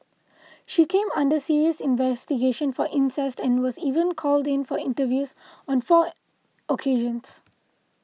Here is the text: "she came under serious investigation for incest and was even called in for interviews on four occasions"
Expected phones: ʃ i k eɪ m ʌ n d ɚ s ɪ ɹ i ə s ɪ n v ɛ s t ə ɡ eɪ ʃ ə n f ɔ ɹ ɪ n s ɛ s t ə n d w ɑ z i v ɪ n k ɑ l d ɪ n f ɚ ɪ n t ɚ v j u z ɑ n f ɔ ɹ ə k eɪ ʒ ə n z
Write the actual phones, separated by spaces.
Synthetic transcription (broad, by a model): ʃ i k eɪ m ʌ n d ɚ s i ɹ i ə s ɪ n v ɛ s t ə ɡ eɪ ʃ ə n f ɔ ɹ ɪ n s ɛ s t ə n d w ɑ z i v ɪ n k ɑ l d ɪ n f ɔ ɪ n t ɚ v j u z ɑ n f ɔ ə k eɪ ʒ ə n s